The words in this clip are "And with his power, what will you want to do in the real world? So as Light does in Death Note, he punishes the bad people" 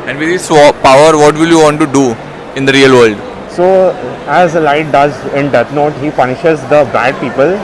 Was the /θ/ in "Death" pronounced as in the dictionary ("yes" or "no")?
no